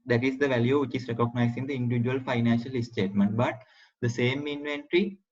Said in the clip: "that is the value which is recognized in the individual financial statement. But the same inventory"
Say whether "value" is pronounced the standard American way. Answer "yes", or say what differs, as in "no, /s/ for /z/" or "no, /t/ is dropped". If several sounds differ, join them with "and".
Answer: yes